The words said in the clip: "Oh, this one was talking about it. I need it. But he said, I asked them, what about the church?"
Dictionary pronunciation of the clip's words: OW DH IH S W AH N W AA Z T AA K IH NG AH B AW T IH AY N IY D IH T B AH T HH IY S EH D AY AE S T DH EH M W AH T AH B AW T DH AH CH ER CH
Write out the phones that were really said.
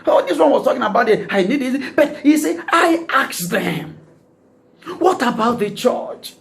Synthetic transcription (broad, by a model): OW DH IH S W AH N W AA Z T AA K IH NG AH B AW T IH AY N IY D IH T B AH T HH IY S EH AY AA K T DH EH M W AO T AH B AW T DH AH CH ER CH